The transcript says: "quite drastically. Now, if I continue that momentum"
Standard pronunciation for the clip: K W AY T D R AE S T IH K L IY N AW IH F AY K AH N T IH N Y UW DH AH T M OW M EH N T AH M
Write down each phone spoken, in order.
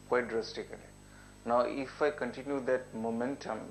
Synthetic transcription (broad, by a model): K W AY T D R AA S T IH K N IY N AW IH F AY K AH N T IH N Y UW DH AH T M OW M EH N T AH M